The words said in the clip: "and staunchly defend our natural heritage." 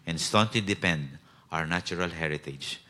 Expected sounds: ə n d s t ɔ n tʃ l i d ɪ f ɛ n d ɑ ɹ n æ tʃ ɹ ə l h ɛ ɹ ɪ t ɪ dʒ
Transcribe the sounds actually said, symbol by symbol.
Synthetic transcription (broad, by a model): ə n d s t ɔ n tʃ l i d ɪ p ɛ n d ɑ ɹ n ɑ tʃ ɹ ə l h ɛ ɹ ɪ t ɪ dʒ